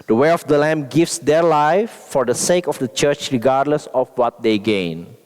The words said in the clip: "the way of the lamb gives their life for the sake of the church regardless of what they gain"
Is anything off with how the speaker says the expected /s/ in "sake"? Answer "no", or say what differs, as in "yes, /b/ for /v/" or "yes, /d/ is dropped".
no